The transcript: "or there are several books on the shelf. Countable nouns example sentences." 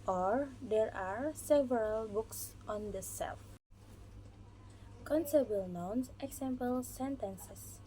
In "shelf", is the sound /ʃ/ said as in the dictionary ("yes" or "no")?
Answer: no